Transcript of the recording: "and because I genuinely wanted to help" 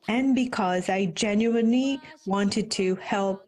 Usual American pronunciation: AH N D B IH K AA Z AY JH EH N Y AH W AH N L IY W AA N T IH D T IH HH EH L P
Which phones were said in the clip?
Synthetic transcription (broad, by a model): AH N B IH K AA Z AY JH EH N Y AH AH N L IY W AA N T IH D T IH HH EH L P